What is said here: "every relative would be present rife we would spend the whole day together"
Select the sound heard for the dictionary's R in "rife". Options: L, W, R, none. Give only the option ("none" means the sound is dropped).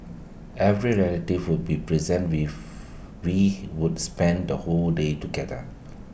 W